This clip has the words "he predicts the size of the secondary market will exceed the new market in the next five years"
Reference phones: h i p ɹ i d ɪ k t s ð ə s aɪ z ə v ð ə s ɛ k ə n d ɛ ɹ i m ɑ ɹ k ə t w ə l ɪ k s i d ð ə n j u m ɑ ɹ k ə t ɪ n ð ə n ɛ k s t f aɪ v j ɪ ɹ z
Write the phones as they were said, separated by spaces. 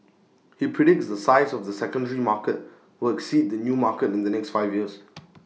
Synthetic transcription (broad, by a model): h i p ɹ i d ɪ k t s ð ə s aɪ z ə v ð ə s ɛ k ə n d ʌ ɹ i m ɑ k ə t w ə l ɪ k s i d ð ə n j u m ɑ k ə t ɪ n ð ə n ɛ k s t f aɪ v j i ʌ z